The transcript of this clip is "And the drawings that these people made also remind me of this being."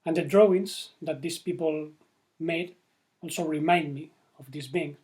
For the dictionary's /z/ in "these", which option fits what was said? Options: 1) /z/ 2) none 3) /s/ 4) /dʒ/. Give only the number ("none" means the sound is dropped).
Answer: 3